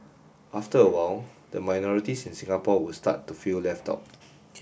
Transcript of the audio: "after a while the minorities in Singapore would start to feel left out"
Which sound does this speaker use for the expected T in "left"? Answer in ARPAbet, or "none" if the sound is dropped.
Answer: T